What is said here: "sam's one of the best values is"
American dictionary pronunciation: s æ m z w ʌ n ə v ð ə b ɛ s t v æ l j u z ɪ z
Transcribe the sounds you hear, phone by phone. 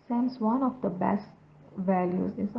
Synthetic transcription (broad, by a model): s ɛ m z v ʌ n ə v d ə b ɛ s t v æ l j u z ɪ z